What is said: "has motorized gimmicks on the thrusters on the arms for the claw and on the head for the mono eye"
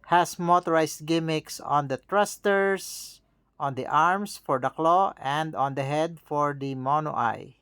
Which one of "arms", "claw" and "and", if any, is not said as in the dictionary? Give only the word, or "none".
arms